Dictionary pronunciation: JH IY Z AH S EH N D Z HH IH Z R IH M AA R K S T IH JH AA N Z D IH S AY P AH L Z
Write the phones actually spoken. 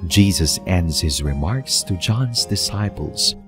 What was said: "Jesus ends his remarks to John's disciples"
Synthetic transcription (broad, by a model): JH IY Z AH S EH N D Z HH IH Z R IH M AA R K S T IH JH AA N Z D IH S AY P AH L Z